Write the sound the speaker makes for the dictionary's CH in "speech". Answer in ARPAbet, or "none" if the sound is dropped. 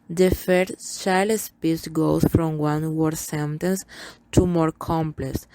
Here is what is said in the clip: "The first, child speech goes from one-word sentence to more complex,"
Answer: S